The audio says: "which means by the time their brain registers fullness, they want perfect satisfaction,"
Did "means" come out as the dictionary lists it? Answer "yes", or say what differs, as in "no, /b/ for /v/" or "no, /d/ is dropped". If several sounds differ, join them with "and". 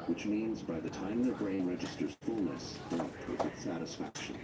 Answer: yes